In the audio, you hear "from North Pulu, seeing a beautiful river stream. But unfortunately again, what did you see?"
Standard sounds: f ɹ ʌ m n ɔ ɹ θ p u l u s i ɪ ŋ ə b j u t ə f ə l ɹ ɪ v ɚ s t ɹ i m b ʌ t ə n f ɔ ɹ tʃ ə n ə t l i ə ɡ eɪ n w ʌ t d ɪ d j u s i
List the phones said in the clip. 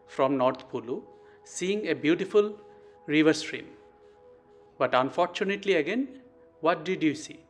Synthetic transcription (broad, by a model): f ɹ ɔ m n ɔ ɹ t p u l u s i ɪ ŋ ə b j u t ə f ə l ɹ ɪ v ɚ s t ɹ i m b ʌ t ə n f ɔ ɹ tʃ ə n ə t l i ə ɡ eɪ n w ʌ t d ɪ d j u s i